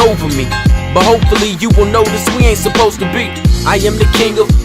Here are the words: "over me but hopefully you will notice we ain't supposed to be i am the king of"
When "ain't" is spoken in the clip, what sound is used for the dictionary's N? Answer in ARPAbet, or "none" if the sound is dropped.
N